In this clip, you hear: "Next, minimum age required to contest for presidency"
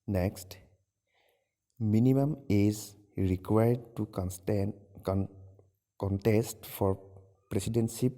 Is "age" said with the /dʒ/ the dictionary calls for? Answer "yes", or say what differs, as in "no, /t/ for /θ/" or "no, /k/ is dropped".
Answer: no, /z/ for /dʒ/